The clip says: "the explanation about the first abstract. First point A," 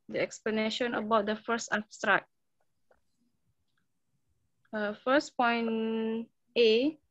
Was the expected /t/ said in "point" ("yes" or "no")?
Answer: no